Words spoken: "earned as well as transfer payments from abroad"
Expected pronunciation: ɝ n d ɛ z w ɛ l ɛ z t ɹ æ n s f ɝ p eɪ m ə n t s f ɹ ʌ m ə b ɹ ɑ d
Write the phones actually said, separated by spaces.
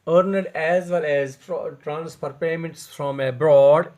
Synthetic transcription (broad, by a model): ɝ n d ɛ z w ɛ l ɛ z t ɹ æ n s p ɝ p eɪ m ə n t s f ɹ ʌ m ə b ɹ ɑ d